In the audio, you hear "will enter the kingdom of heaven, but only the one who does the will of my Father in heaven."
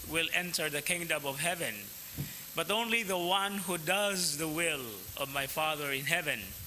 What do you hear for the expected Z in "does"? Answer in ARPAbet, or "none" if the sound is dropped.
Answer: Z